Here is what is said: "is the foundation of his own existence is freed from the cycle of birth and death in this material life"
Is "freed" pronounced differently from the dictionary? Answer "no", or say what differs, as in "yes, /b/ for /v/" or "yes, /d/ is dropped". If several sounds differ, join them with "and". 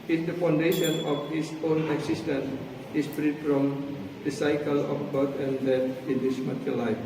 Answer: no